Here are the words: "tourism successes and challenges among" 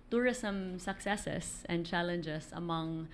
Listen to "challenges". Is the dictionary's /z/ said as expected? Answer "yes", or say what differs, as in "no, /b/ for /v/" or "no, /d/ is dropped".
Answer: no, /s/ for /z/